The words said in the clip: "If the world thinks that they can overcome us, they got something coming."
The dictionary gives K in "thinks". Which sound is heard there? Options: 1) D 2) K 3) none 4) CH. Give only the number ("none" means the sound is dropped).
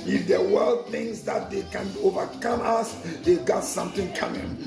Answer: 3